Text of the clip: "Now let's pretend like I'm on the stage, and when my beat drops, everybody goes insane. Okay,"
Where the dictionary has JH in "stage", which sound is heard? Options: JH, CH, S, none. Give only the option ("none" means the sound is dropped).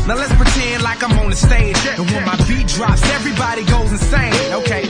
none